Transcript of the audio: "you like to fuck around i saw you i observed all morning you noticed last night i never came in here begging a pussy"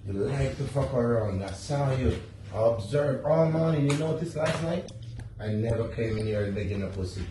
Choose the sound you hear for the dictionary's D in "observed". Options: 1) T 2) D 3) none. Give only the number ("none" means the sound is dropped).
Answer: 3